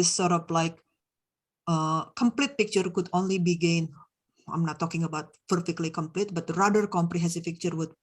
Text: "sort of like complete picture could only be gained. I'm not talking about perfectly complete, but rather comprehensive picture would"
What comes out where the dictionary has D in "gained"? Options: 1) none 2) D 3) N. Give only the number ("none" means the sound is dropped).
1